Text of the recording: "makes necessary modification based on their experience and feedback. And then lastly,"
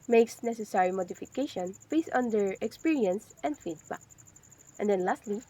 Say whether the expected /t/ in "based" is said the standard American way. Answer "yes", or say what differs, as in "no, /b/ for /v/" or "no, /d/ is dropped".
no, /t/ is dropped